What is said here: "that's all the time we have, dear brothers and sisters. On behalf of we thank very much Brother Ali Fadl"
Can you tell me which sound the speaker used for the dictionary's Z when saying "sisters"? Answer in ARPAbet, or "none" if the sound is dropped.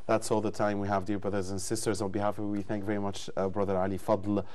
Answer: Z